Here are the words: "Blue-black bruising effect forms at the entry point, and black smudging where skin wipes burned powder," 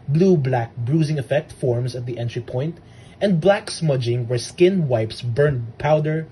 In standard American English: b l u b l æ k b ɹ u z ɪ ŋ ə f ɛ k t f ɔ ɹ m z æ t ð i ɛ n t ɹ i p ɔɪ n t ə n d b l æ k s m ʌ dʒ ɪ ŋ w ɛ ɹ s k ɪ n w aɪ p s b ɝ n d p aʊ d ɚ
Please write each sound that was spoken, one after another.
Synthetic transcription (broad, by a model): b l u b l æ k b ɹ u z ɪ ŋ ə f ɛ k t f ɔ ɹ m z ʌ t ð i ɛ n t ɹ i p ɔɪ n t ə n d b l æ k s m ʌ dʒ ɪ ŋ w ɛ ɹ s k ɪ n w aɪ p s b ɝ n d p aʊ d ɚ